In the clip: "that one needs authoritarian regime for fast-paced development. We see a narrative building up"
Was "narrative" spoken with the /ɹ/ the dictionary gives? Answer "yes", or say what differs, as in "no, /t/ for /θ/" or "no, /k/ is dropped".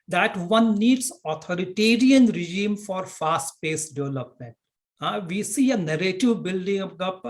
yes